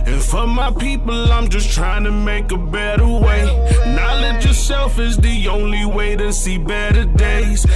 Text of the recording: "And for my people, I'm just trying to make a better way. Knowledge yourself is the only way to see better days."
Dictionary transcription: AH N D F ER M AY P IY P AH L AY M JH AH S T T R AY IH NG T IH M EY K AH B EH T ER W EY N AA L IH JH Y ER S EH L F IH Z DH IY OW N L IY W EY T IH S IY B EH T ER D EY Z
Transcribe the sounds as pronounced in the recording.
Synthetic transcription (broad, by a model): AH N F ER M AY P IY P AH L AY M JH AH S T T R AY IH NG T IH M EY K AH B EH T ER W EY N AA L IH JH Y ER S EH L F IH Z DH IY OW N L IY W EY T IH S IY B EH T ER D EY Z